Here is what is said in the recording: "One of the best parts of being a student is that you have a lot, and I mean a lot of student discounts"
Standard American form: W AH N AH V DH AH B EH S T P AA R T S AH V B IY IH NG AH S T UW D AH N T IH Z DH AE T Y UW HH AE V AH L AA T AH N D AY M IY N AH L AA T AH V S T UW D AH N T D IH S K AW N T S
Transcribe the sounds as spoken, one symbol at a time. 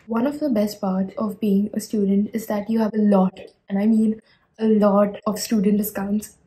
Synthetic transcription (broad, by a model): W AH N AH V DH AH B EH S T P AA R T AH V B IY IH NG AH S T UW D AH N T IH Z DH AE T Y UW HH AE V AH L AA T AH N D AY M IY N AH L AA T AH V S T UW D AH N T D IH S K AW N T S